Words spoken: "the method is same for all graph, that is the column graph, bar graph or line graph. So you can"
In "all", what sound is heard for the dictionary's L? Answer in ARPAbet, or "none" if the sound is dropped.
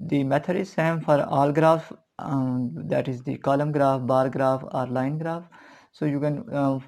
L